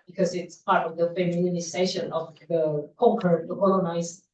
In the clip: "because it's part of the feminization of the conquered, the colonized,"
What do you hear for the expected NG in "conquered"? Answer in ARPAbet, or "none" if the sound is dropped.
none